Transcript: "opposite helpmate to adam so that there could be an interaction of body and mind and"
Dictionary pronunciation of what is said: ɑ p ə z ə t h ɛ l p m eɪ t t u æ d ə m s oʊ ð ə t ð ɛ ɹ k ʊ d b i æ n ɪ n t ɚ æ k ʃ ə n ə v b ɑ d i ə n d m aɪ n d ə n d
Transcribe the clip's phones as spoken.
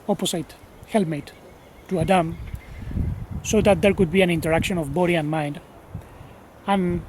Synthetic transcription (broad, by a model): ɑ p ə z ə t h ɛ l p m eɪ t t u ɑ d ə m s oʊ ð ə t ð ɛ ɹ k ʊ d b i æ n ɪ n t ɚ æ k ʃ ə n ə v b ɑ d i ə n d m aɪ n d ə n